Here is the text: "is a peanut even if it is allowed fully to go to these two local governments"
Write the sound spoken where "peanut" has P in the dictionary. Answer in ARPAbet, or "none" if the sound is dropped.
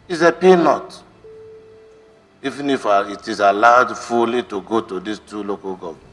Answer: P